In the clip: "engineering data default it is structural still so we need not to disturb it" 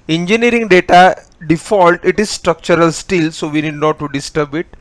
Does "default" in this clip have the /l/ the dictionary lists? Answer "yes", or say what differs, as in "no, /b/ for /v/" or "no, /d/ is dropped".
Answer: yes